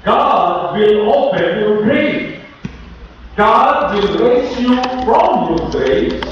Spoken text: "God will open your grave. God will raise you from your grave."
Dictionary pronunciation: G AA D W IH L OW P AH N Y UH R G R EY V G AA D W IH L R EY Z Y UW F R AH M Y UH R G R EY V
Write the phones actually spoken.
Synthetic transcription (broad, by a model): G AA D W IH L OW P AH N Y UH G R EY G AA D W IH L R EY S Y UW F R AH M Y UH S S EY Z